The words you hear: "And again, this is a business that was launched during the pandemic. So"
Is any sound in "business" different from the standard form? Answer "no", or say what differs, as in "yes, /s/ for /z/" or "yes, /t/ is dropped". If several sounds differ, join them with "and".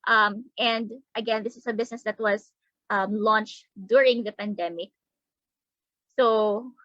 yes, /s/ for /z/